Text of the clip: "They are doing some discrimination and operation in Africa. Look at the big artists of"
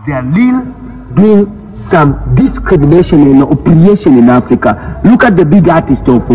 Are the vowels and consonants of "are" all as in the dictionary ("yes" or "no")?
no